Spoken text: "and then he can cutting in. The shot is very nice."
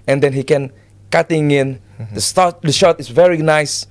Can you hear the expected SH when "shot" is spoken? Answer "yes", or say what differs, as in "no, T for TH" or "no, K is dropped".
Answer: yes